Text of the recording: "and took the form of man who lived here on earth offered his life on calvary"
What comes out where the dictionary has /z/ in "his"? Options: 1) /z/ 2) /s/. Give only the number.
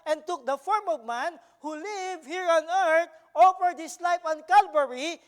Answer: 2